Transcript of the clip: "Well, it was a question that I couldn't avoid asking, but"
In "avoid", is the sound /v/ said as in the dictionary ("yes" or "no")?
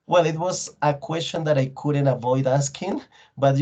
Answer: yes